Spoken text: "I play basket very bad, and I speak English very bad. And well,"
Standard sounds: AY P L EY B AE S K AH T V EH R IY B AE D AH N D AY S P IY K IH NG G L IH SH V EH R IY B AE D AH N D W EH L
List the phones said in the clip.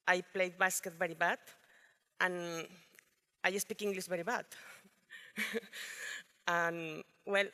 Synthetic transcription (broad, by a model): AY P L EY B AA S K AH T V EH R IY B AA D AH N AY S P IY K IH NG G L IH S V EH R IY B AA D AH N W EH L